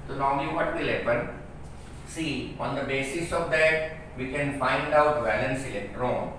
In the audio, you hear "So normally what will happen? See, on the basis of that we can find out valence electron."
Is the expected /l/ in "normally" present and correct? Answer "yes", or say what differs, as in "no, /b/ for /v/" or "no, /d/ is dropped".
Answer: no, /l/ is dropped